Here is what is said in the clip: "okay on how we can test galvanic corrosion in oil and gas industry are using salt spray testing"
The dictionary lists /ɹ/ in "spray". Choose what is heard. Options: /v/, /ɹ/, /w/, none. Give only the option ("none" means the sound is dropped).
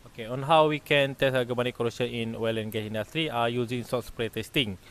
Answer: /ɹ/